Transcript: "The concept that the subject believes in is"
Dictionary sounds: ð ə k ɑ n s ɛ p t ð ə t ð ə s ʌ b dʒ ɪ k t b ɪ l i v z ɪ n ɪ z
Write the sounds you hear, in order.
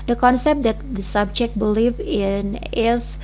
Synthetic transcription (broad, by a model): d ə k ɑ n s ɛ p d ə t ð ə s ʌ b dʒ ɪ k t b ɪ l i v ɪ n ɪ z